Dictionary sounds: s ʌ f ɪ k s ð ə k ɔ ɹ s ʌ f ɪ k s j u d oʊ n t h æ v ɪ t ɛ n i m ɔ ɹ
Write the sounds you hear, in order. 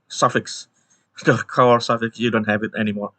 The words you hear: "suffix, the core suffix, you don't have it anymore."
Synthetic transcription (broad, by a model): s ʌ f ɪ k s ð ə k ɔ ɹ s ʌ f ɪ k s j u d oʊ n t h æ v ɪ t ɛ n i m ɔ ɹ